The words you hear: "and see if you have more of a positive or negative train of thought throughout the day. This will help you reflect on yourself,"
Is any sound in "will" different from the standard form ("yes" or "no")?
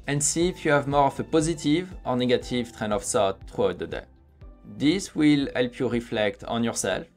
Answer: no